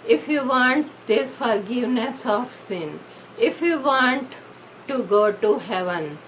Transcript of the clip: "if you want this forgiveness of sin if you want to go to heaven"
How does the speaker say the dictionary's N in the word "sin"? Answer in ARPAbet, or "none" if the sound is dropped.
N